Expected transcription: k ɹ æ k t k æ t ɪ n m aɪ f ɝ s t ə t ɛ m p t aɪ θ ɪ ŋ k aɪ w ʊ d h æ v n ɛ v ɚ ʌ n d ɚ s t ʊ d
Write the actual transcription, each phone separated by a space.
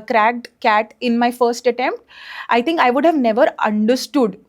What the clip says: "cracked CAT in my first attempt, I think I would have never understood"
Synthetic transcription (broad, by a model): k ɹ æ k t k æ t ɪ n m aɪ f ɝ s t ə t ɛ m p t aɪ t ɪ ŋ k aɪ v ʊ d h æ v n ɛ v ɚ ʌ n d ɚ s t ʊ d